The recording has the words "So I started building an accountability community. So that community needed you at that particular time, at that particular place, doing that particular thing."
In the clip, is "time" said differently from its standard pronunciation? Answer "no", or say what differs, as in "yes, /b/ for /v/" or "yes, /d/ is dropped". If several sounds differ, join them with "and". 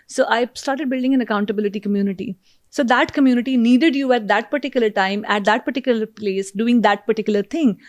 no